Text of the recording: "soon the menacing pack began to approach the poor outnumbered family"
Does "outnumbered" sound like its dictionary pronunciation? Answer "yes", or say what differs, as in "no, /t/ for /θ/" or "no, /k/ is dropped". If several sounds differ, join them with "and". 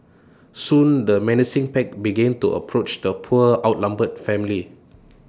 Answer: no, /l/ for /n/